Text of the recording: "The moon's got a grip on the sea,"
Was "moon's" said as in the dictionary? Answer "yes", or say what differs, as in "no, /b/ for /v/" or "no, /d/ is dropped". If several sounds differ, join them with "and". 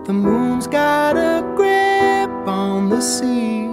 yes